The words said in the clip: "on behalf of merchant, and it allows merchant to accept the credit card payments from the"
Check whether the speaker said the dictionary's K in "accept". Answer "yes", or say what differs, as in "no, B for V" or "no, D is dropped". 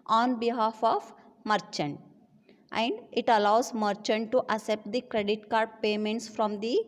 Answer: no, K is dropped